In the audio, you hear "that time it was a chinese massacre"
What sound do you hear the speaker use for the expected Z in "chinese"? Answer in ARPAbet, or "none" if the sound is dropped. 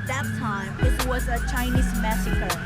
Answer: Z